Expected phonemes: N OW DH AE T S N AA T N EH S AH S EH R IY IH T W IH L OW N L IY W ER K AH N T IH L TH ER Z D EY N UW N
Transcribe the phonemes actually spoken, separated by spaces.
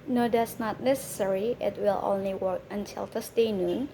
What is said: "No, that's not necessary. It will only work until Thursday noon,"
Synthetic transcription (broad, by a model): N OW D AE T S N AA T N EH S AH S EH R IY IH T W IH L OW N L IY W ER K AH N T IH L T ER S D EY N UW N